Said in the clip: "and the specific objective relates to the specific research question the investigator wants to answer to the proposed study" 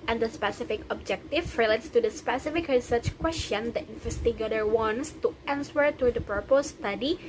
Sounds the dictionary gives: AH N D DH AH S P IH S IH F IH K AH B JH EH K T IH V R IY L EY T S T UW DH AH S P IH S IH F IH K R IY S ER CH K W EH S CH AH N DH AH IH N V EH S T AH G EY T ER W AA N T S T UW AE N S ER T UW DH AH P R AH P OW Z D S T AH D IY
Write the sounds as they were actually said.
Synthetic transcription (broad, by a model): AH N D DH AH S P IH S IH F IH K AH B JH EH K T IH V R IY L EY T S T UW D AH S P IH S IH F IH K R IY S ER CH K W EH S CH AH N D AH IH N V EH S T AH G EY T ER W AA N S T UW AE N S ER T UW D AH P AH P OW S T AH D IY